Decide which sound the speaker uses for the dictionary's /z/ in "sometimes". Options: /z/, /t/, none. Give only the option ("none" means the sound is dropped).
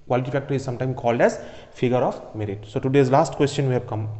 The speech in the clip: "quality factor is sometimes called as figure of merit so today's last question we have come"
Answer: none